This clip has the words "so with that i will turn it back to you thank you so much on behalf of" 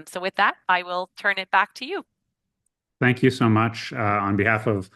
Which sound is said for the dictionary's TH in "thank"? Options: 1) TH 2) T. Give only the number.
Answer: 1